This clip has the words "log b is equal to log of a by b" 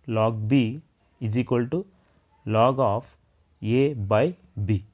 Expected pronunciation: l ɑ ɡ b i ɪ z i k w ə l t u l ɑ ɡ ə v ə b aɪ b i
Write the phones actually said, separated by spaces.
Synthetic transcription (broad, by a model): l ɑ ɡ b i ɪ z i k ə l t u l ɑ ɡ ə p ə b aɪ b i